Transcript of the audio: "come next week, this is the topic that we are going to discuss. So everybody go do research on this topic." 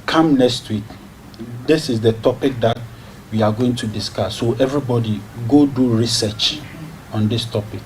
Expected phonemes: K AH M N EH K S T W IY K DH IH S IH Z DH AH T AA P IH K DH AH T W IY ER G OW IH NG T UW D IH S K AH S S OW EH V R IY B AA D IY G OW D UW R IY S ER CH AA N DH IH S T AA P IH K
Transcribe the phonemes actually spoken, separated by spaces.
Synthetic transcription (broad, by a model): K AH M N EH K S T W IY K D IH S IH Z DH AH T AA P IH K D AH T W IY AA G OW IH NG T UW D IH S K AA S S OW EH V R IY B AA D IY G OW D UW R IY S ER CH AA N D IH S T AA P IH K